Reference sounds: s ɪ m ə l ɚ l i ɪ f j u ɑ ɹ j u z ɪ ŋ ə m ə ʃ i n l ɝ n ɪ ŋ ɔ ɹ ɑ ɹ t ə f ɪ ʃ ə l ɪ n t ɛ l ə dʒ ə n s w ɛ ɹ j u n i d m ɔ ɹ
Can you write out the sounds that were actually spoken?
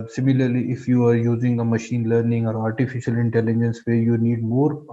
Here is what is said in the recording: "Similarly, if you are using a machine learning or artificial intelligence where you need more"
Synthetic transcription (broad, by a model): s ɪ m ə l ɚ l i ɪ f j u ɑ ɹ j u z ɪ ŋ ə m ə ʃ i n l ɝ n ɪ ŋ ɔ ɹ ɑ ɹ t ə f ɪ ʃ ə l ɪ n t ɛ l ə dʒ ə n s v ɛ ɹ j u n i d m ɔ ɹ